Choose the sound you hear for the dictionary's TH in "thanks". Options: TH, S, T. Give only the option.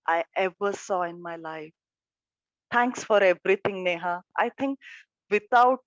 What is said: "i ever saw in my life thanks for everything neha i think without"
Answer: T